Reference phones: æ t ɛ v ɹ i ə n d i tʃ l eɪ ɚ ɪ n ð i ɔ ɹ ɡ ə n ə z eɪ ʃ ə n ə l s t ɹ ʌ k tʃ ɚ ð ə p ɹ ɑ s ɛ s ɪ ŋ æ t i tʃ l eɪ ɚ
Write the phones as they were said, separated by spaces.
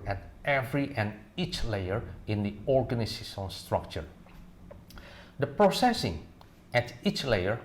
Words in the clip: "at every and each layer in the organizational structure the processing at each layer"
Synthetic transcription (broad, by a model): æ t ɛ v ɹ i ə n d i tʃ l eɪ ɚ ɪ n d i ɔ ɹ ɡ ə n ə s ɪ s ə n s t ɹ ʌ k tʃ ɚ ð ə p ɹ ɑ s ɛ s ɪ ŋ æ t i tʃ l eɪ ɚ